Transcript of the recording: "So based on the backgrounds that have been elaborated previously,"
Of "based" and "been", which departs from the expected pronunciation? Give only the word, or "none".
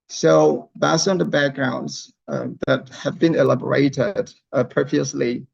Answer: based